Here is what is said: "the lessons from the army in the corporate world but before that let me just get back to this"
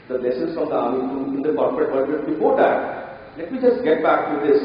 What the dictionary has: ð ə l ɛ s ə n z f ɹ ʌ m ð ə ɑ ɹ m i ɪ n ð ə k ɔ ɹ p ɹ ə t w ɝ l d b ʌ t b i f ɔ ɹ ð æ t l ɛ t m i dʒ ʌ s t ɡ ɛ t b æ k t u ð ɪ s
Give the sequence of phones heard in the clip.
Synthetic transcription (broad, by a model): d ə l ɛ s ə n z f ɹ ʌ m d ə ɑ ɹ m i ɪ n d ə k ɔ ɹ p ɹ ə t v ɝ d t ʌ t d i p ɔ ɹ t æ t l ɛ t m i dʒ ʌ s t ɡ ɛ t b æ k t u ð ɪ s